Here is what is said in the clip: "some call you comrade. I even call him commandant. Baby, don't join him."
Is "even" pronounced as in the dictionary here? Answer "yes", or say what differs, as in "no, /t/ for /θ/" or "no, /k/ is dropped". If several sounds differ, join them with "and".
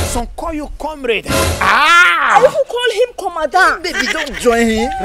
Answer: no, /w/ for /v/